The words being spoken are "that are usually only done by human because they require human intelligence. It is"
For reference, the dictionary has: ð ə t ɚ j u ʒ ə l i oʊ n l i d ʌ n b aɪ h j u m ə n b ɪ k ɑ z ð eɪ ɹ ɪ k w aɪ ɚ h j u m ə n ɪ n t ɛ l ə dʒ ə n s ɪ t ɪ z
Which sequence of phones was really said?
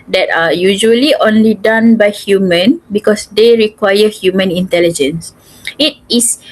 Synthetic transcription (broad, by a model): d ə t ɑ j u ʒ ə l i oʊ n l i d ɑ n b aɪ h j u m ə n b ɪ k ɑ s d eɪ ɹ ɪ k w aɪ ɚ h j u m ə n ɪ n t ɛ l ə dʒ ə n s ɪ t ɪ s